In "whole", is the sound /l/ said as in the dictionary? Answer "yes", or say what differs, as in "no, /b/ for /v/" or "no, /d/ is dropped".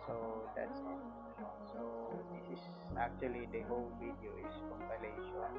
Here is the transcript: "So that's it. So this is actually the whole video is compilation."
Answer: yes